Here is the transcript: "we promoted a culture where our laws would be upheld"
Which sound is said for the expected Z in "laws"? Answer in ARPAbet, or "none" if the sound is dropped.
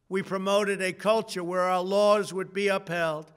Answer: Z